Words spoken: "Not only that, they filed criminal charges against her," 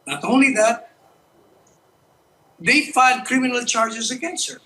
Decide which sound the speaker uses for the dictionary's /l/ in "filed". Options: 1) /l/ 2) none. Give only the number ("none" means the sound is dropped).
2